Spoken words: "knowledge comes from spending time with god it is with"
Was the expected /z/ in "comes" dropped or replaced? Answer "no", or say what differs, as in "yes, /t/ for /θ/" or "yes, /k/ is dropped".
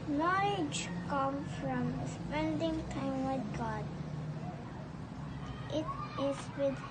yes, /z/ is dropped